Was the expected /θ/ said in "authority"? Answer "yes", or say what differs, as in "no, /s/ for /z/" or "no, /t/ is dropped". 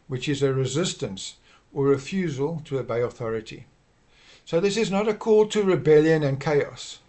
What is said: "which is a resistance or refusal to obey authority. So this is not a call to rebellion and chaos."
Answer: yes